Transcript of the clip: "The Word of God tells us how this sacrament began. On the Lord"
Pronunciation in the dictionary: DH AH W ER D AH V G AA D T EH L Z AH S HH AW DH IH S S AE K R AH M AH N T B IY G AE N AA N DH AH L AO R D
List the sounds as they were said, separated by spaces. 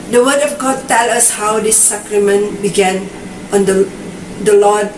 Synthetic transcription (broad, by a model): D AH W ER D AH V G AA D T EH L AH S HH AW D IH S S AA K R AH M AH N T B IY G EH N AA N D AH L AO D